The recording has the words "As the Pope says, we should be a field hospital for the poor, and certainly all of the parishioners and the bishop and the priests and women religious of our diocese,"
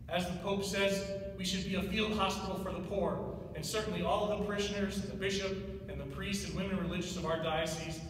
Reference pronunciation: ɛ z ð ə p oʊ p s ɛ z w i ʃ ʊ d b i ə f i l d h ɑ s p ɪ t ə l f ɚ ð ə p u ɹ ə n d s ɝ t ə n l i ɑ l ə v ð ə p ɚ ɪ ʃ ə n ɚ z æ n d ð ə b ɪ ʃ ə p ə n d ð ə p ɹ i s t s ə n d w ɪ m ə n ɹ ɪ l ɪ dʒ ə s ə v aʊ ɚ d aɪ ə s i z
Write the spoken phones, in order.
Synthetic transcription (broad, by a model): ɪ z ð ə p oʊ p s ɛ z w i ʃ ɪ d b i ə f i l d h ɑ s p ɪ t l f ɚ ð ə p u ɹ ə n s ɝ t n l i ɑ l ə v ð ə p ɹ ɪ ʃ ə n ɚ z ð ə b ɪ ʃ ə p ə n ð ə p ɹ i s t s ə n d w ɪ m ə n ɹ ɪ l ɪ dʒ ə s ə v aʊ ɚ d aɪ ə s i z